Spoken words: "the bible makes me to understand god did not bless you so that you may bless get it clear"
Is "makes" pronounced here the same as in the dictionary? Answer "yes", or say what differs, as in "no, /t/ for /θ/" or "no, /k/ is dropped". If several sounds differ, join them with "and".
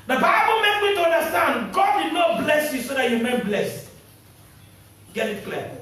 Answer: no, /s/ is dropped